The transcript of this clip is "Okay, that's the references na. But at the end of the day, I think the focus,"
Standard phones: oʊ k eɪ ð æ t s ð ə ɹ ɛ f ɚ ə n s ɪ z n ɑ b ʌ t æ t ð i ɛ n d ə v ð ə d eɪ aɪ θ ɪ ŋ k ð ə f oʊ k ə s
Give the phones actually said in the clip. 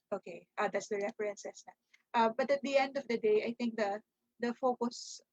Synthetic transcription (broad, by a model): oʊ k eɪ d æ t s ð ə ɹ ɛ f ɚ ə n s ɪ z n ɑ b ʌ t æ t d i ɛ n d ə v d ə d eɪ aɪ t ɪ ŋ k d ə f oʊ k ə s